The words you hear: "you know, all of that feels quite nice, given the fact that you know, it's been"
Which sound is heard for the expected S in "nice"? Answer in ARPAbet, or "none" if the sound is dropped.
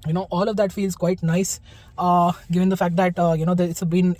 S